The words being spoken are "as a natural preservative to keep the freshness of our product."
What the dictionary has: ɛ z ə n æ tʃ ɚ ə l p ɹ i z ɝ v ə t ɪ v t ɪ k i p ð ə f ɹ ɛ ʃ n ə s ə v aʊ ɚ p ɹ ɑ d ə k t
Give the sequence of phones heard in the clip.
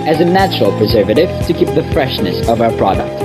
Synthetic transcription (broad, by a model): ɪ z ə n æ tʃ ɚ ə l p ɹ i z ɝ v ə t ɪ v t ɪ k i p ð ə f ɹ ɛ ʃ n ə s ə v aʊ ɚ p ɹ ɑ d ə k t